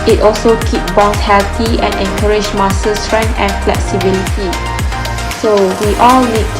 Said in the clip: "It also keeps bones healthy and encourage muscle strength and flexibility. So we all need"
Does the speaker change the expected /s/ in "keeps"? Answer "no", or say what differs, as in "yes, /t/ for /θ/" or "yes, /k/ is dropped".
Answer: yes, /s/ is dropped